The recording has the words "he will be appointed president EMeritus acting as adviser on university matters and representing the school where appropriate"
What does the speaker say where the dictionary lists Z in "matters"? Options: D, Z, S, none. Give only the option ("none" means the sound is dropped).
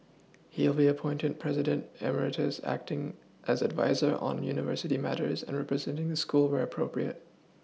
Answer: Z